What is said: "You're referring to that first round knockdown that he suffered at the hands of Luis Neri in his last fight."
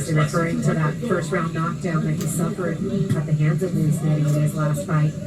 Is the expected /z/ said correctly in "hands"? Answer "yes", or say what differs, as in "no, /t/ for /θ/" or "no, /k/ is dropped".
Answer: yes